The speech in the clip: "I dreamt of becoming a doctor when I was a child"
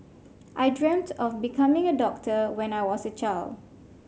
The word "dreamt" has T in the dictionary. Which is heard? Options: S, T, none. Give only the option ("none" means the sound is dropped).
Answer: T